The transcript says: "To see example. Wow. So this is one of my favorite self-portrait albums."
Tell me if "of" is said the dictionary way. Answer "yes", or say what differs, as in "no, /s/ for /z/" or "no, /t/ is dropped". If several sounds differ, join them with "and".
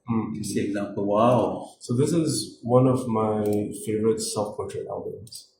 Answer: yes